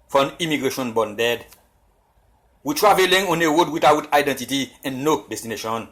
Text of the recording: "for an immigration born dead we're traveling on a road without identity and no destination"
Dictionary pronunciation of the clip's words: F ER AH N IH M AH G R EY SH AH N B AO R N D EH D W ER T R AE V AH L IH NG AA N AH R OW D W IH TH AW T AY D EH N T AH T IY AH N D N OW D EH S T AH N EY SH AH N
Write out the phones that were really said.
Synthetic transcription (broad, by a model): F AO AH N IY M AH G R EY SH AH N B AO N D EH D W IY T R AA V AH L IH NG AA N AH W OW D W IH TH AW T AY D EH N T AH T IY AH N N OW D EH S T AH N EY SH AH N